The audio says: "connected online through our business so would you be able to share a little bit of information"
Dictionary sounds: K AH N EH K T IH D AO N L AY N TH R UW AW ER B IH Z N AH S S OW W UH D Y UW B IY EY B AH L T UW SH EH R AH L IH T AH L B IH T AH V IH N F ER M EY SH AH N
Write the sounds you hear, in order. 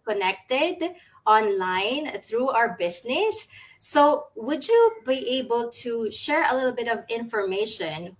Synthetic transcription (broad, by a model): K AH N EH K T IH D AO N L AY N TH R UW AW ER B IH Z N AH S S OW W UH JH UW B IY EY B AH L T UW SH EH R AH L IH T L B IH T AH V IH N F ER M EY SH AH N